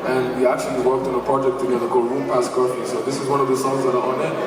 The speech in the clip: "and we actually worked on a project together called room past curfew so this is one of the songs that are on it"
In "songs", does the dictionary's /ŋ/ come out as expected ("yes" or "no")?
no